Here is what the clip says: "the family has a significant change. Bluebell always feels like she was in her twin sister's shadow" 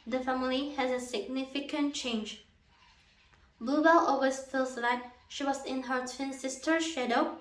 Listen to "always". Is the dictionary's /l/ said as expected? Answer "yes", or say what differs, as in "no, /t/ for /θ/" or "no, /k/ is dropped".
no, /l/ is dropped